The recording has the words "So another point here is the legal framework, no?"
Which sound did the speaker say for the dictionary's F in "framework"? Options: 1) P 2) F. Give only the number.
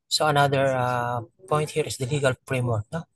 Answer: 1